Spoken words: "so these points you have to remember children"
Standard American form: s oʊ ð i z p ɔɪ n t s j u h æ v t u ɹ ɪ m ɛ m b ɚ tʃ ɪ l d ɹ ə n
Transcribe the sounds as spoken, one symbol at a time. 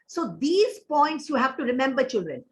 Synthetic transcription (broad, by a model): s oʊ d i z p ɔɪ n t s j u h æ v t u ɹ ɪ m ɛ m b ɚ tʃ ɪ l d ɹ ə n